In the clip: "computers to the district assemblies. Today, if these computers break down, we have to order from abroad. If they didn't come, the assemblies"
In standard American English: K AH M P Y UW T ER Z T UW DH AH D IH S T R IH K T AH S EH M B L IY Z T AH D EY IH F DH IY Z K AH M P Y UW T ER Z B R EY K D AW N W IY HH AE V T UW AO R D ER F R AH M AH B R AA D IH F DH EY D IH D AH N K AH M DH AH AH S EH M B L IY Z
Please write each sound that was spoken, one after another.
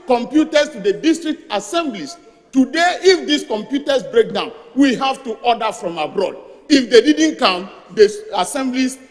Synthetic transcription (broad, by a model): K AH M P Y UW T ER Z T UW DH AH D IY S T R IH K T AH S EH M B L IY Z T AH D EY IH F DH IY S K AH M P Y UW T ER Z B R EY K D AW N W IY HH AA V T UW AO D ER F R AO M AH B R AA D IH F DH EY D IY D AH N K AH M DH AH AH S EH M B L IY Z